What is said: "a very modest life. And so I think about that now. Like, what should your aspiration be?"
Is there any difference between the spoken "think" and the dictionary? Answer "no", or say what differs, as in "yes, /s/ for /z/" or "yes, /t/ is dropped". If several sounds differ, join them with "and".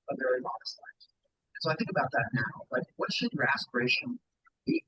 no